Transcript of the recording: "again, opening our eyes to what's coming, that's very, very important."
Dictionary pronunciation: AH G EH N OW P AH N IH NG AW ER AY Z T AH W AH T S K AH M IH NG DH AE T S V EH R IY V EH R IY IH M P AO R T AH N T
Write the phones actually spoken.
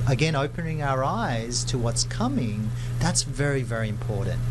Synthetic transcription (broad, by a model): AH G EH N OW P AH N IH NG AW ER AY Z T AH W AH T S K AH M IH NG DH AE T S V EH R IY V EH R IY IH M P AO R T N T